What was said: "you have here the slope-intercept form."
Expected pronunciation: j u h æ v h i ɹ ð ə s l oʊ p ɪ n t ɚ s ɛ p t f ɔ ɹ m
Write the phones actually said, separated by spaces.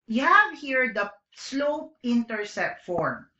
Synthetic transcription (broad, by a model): j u h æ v h i ɹ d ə s l oʊ p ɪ n t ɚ s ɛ t f ɔ ɹ m